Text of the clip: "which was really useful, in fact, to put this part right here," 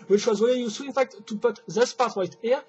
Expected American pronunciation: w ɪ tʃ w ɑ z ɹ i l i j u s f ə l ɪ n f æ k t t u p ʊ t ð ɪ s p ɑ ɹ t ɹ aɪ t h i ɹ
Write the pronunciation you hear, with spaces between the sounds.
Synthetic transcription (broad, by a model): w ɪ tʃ w ɑ z w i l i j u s ə ɪ n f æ k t t u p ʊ t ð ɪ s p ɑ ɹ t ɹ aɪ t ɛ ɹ